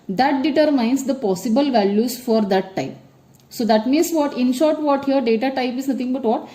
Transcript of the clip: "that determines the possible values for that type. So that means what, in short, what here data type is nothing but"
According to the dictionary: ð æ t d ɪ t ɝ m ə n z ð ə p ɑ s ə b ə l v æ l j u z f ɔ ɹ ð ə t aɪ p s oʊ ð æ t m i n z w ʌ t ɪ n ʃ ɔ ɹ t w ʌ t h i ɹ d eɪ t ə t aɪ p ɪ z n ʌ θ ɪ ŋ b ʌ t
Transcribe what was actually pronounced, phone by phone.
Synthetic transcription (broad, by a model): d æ t d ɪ t ɝ m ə n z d ə p ɑ s ə b ə l v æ l j u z f ɔ ɹ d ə t aɪ p s oʊ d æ t m i n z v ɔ t ɪ n ʃ ɔ ɹ t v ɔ t h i ɹ d eɪ t ə t aɪ p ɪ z n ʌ t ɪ ŋ b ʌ t